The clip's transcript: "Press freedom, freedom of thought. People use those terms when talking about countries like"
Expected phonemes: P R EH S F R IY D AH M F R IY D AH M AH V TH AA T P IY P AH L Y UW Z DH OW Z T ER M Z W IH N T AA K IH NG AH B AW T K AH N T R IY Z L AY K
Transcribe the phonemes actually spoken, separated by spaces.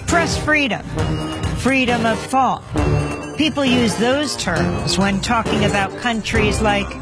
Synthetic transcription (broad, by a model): P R EH S F R IY D AH M F R IY D AH M AH V TH AA T P IY P L Y UW Z DH OW Z T ER M Z W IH N T AA K IH NG AH B AW T K AH N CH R IY Z L AY K